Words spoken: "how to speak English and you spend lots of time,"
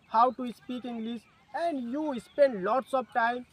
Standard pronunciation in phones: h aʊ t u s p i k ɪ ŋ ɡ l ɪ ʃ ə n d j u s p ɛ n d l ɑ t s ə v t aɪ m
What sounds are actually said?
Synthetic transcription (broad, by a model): h aʊ t u s p i k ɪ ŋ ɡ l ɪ s ə n d j u s p ɛ n d l ɑ t s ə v t aɪ m